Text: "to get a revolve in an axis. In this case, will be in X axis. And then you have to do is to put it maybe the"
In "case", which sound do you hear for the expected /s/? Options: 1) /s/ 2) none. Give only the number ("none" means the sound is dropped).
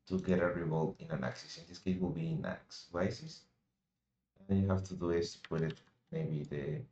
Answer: 2